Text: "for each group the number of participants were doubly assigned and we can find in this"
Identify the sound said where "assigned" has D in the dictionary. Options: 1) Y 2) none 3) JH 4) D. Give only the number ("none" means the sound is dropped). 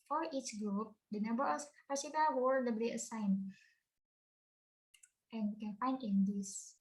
2